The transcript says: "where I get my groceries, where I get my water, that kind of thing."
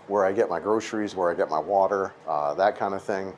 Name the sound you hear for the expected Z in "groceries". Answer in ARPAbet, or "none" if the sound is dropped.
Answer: Z